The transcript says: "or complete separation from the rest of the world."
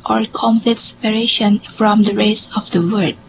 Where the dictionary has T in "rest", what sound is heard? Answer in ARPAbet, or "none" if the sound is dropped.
none